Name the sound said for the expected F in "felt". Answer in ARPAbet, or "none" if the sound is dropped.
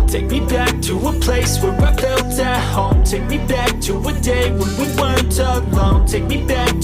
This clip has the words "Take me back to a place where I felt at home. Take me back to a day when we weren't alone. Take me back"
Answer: P